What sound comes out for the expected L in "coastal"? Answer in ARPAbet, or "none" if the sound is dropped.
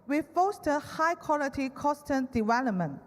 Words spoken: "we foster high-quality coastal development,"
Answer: N